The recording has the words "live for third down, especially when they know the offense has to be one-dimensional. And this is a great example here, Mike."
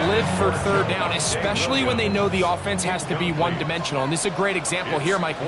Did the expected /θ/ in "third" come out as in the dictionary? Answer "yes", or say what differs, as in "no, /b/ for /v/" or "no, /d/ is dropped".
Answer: yes